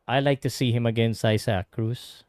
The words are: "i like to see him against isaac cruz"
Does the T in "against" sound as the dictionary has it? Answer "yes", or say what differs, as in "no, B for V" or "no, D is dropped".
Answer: no, T is dropped